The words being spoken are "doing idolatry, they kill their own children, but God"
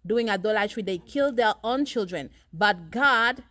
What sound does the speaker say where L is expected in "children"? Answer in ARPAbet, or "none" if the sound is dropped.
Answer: L